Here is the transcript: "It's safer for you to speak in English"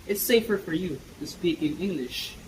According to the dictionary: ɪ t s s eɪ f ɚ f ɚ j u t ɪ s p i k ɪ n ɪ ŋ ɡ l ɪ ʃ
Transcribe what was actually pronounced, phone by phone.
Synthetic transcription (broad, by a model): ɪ t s s eɪ f ɚ f ɚ j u t ɪ s p i k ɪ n ɪ ŋ ɡ l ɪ ʃ